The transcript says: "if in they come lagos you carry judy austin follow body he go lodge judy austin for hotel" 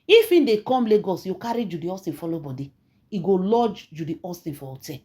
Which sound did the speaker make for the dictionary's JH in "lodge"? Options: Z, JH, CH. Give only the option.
JH